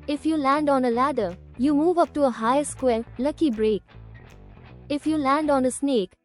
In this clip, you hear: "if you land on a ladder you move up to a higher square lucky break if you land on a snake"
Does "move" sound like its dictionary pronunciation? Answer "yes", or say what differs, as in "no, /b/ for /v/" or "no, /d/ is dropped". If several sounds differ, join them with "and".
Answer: yes